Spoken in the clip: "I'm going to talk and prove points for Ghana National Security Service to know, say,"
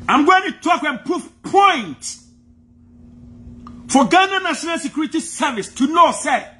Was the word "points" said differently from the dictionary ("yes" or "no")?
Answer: yes